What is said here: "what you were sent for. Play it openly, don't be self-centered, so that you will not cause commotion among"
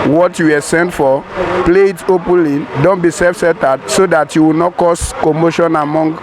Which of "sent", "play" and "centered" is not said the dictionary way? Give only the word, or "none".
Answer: centered